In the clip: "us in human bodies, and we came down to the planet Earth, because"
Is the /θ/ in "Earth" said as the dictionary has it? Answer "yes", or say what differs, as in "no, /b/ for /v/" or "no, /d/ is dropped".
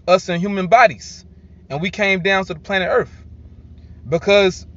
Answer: yes